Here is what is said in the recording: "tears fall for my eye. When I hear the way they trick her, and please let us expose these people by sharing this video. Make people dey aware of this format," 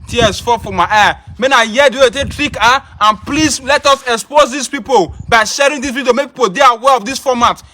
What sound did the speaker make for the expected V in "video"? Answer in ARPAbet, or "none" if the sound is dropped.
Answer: P